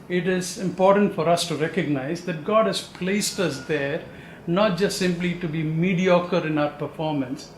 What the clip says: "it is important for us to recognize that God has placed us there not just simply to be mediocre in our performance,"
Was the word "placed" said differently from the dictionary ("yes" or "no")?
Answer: no